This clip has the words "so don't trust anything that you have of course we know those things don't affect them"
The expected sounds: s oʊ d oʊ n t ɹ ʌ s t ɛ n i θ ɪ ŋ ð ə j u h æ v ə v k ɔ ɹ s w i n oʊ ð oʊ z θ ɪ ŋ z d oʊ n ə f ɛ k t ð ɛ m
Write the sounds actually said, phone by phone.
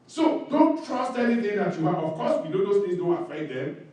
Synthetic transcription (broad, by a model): s oʊ d oʊ n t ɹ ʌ s t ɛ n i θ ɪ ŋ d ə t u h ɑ b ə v k ɔ s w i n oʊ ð oʊ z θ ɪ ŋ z d oʊ n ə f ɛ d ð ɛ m